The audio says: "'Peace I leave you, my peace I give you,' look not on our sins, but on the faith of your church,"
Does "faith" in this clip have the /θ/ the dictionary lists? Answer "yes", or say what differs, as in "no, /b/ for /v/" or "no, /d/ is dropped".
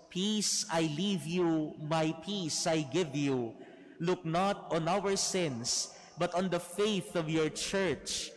yes